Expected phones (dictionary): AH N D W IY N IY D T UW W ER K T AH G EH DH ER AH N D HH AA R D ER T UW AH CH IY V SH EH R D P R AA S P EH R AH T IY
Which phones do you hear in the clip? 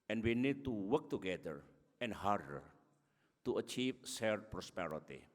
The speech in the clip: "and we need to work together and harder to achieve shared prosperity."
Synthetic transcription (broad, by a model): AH N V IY N IY D T UW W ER K T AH G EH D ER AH N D HH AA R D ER T UW AH CH IY V S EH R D P R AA S P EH R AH T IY